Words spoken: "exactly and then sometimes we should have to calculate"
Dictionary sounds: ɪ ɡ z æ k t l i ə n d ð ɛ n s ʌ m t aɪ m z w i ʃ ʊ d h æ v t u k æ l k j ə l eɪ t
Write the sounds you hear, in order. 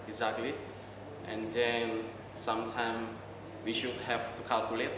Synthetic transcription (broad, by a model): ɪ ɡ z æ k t l i ə n d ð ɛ n s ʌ m t aɪ m w i ʃ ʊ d h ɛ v t u k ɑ l k j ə l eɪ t